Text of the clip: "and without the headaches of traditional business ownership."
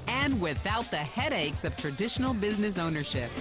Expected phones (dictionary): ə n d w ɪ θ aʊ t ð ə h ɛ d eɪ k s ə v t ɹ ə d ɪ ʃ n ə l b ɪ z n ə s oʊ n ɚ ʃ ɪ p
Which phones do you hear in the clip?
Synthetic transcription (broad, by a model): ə n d w ɪ θ aʊ t ð ə h ɛ d eɪ k s ə v t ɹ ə d ɪ ʃ n l b ɪ z n ə s oʊ n ɚ ʃ ɪ p